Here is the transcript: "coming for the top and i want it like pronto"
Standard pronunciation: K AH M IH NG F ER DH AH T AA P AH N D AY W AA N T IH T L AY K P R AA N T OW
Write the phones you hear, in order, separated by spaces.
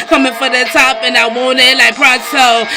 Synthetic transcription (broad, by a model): K AH M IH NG F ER DH AH T AA P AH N AY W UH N IH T L AY K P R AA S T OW